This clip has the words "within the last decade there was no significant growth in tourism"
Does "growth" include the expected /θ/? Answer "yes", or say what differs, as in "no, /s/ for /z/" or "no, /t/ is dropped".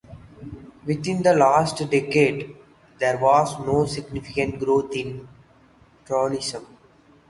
no, /t/ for /θ/